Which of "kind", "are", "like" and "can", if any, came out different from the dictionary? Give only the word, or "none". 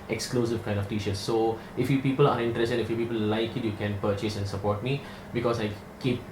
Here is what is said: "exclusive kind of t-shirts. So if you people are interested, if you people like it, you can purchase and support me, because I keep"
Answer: none